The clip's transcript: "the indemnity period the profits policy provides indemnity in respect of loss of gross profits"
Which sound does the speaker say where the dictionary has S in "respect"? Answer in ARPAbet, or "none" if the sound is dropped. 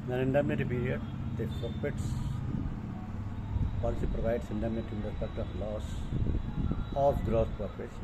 none